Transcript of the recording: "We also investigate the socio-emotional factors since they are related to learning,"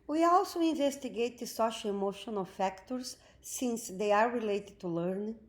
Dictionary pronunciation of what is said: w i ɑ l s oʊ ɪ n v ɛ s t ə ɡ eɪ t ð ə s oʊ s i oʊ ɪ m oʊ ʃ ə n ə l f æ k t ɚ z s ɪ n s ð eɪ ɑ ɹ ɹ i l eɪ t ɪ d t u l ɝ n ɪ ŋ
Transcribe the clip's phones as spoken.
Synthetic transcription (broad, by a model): w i ɑ l s oʊ ɪ n v ɛ s t ə ɡ eɪ t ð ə s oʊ ʃ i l ɪ m oʊ ʃ ə n ə l f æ k t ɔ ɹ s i n s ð eɪ ɑ ɹ ɹ i l eɪ t ɪ d t u l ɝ n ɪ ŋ